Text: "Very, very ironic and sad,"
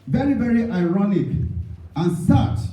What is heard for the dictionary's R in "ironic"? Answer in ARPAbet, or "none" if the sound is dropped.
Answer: R